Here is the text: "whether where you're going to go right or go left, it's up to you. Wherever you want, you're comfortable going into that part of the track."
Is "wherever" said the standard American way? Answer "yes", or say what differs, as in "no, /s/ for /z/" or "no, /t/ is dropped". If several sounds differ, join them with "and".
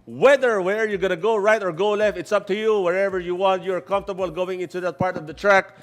yes